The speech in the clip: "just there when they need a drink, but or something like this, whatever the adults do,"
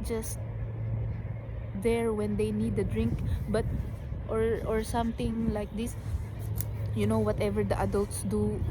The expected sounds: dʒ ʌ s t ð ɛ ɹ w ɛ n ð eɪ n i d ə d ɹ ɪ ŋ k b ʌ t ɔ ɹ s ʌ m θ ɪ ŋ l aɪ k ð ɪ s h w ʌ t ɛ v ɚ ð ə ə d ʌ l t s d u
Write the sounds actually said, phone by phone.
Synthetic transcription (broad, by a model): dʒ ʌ s t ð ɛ ɹ w ɛ n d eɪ n i d ə d ɹ ɪ ŋ k b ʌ t ɔ ɹ s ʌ m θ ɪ ŋ l aɪ k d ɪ s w w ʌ t ɛ v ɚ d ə ə d ʌ l t s d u